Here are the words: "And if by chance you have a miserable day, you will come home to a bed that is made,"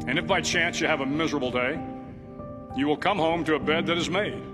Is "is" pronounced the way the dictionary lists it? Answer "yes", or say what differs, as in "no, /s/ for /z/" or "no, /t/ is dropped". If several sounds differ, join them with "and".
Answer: yes